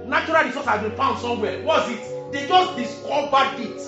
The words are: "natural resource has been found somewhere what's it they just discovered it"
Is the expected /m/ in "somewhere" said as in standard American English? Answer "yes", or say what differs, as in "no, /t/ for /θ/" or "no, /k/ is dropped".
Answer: no, /m/ is dropped